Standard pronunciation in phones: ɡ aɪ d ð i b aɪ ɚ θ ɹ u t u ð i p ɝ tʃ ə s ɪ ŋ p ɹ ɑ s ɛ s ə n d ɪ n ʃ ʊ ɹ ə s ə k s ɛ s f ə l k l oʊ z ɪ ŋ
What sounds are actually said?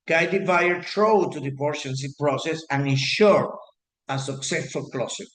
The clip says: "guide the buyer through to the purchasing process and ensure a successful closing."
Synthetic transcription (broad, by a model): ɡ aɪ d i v aɪ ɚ t ɹ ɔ t u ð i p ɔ ʃ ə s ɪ p ɹ ɑ s ɛ s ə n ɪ n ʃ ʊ ɹ ə s ə k s ɛ s f ə l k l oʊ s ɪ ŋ